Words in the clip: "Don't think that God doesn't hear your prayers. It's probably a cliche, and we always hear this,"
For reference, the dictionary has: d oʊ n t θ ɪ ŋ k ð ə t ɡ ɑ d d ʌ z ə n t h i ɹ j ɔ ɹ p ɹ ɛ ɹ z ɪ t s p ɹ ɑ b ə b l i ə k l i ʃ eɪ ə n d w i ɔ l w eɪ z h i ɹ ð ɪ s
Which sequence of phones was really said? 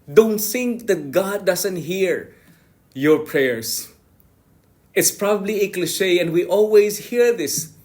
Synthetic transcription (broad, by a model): d oʊ n t θ ɪ ŋ k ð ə t ɡ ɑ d d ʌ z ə n t h i ɹ j ɔ ɹ p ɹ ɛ ɹ s ɪ t s p ɹ ɑ b ə b l i ə k l i ʃ eɪ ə n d w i ɔ l w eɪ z h i ɹ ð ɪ s